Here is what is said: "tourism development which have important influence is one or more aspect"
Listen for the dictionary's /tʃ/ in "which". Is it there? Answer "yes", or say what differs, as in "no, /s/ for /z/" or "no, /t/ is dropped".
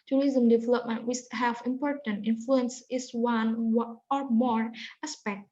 no, /s/ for /tʃ/